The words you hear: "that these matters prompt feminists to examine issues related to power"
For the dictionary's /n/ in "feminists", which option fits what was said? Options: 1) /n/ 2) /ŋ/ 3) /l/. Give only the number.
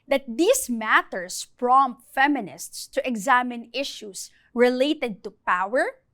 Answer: 1